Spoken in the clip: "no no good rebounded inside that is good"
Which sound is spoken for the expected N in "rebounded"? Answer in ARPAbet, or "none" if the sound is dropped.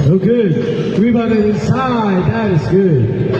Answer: none